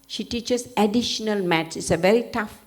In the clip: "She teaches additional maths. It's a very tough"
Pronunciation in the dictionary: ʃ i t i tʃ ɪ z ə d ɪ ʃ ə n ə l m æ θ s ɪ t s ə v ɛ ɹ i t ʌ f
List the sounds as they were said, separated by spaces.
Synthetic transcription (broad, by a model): ʃ i t i tʃ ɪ s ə d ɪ ʃ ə n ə l m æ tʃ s ɪ t s ə v ɛ ɹ i t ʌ f